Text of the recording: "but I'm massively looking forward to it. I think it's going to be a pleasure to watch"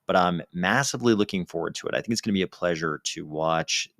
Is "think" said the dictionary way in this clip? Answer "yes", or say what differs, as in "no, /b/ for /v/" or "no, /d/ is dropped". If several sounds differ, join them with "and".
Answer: yes